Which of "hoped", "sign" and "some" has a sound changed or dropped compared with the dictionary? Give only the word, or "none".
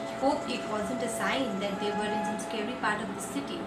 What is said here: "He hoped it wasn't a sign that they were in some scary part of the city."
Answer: hoped